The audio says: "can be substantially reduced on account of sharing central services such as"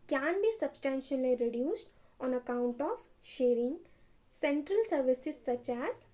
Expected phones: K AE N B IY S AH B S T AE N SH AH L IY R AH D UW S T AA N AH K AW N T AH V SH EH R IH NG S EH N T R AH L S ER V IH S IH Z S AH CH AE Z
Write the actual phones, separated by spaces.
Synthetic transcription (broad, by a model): K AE N B IY S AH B S T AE N SH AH L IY R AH D UW S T AA N AH K AW N T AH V SH EH R IH NG S EH N T R AH L S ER V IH S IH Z S AH CH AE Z